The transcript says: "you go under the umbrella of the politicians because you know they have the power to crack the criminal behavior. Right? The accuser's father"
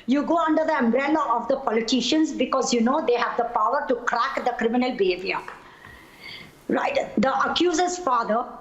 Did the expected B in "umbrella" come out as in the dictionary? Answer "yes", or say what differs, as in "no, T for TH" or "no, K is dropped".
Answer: yes